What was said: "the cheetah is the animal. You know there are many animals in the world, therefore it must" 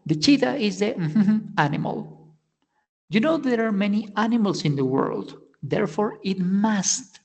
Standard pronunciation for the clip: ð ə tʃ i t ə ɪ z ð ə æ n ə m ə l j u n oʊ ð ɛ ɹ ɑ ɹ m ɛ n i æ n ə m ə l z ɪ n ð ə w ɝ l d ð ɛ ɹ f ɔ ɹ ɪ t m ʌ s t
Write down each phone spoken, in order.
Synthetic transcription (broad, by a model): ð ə tʃ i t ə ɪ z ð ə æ n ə m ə l j u n oʊ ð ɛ ɹ ɑ ɹ m ɛ n i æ n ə m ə l s ɪ n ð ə w ɝ l d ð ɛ ɹ f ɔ ɹ ɪ t m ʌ s t